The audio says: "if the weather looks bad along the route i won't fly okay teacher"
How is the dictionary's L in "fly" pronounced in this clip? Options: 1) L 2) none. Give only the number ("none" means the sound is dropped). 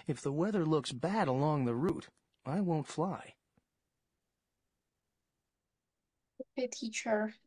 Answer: 1